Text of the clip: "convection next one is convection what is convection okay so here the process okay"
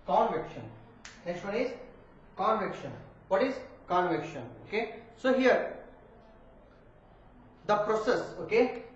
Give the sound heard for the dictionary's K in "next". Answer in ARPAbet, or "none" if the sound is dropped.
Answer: none